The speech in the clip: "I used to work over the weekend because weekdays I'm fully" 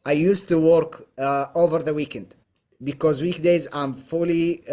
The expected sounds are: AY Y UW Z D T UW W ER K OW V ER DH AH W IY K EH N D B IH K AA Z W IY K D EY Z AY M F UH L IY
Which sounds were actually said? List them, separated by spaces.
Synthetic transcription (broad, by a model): AY Y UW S T UW W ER K OW V ER DH AH W IY K EH N D B IH K AA Z W IY K D EY Z AY M F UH L IY